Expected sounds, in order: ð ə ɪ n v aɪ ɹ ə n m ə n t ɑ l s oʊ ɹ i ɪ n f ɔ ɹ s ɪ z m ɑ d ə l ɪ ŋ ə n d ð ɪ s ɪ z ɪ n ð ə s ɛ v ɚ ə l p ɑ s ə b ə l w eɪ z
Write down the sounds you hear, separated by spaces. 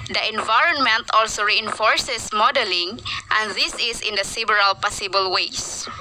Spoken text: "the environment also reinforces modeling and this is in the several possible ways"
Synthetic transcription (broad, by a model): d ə ɪ n v aɪ ɹ ə n m ə n t ɑ l s oʊ ɹ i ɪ n f ɔ ɹ s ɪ s m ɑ d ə l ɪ ŋ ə n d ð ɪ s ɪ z ɪ n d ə s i b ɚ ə l p ɑ s ə b ə l w eɪ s